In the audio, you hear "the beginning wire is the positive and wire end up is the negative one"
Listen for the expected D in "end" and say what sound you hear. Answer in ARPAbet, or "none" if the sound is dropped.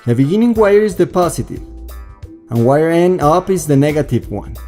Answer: none